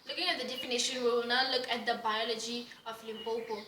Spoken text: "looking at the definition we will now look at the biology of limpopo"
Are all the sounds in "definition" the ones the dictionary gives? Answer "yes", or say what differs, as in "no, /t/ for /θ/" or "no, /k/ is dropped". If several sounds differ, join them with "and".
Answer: yes